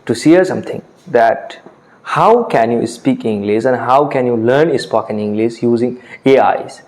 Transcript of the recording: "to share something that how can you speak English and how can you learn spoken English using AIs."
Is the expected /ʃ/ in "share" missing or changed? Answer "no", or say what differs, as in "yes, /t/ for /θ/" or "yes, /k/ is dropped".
yes, /s/ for /ʃ/